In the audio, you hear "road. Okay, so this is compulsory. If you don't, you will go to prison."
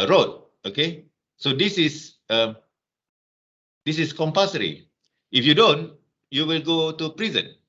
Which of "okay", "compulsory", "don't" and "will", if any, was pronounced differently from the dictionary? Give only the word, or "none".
compulsory